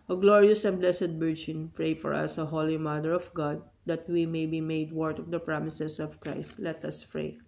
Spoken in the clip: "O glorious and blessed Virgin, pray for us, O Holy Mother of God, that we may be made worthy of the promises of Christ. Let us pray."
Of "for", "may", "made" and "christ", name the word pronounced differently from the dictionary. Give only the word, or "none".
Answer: none